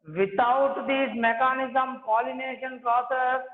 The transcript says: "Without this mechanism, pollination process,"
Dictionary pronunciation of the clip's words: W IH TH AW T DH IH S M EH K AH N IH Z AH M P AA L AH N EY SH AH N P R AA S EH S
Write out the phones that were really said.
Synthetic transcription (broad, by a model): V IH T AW T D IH M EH K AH N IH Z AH M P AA L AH N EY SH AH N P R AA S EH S